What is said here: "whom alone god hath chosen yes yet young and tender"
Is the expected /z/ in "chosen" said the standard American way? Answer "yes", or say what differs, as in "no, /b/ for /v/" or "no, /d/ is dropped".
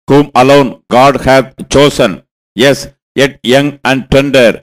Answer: no, /s/ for /z/